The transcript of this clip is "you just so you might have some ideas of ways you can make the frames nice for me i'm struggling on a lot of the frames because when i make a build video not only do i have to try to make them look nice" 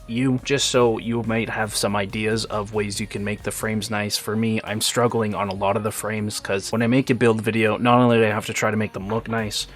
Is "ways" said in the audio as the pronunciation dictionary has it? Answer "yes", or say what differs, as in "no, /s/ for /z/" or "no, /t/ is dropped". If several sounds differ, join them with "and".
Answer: yes